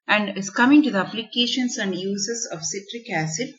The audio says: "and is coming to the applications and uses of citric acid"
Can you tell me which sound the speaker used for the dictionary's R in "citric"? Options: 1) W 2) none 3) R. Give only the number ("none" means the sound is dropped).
3